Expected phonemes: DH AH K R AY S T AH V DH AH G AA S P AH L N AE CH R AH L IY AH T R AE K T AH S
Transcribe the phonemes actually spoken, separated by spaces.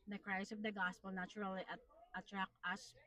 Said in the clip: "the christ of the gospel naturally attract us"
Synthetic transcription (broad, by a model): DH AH K R AY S AH V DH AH G AA S P AH L N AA CH R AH L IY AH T R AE K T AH S